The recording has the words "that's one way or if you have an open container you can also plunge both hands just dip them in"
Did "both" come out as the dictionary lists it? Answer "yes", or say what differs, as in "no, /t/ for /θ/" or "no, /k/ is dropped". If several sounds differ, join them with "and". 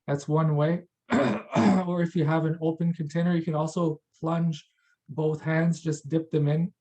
yes